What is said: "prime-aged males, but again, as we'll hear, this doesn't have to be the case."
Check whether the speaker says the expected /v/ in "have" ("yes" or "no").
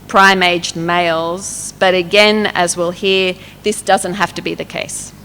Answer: no